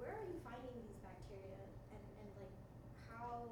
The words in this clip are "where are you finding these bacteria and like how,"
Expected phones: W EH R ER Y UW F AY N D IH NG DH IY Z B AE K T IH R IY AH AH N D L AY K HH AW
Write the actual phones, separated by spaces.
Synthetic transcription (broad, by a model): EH R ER Y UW F AY N D IH NG DH IY Z B AE K T IH R IY AH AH N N L AY K HH AW